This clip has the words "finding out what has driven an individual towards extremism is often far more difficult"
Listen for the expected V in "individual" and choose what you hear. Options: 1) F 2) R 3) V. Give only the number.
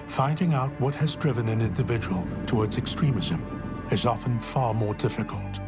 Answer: 3